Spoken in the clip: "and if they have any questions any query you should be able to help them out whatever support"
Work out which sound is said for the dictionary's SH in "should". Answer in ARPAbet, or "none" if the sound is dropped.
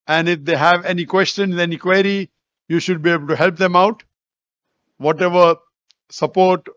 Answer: SH